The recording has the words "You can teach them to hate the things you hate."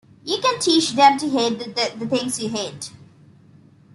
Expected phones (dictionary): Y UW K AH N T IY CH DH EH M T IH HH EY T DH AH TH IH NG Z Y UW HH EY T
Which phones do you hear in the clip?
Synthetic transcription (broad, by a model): Y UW K AH N T IY CH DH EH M T IH HH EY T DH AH T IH NG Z Y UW HH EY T